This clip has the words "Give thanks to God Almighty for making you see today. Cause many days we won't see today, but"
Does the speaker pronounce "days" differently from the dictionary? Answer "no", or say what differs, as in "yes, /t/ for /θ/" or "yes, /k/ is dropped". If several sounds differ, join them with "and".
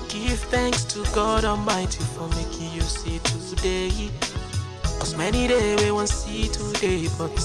yes, /z/ is dropped